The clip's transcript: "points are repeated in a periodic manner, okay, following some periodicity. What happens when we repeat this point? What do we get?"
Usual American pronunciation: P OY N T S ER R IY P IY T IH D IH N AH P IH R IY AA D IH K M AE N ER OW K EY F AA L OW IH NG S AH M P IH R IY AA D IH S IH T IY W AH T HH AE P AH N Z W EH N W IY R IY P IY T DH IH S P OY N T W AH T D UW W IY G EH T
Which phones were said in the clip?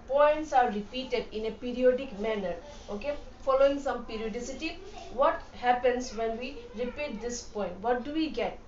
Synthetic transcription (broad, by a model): P OY N T S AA R IY P IY T IH D IH N AH P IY R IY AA D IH K M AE N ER OW K EY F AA L OW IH NG S AH M P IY R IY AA D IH S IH T IY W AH T HH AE P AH N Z W EH N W IY R IY P IY T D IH S P OY N T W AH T D UW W IY G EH T